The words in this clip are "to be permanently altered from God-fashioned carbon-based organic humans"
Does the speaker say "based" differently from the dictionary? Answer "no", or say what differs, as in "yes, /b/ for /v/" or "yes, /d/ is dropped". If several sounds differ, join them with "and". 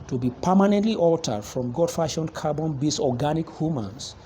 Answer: yes, /t/ is dropped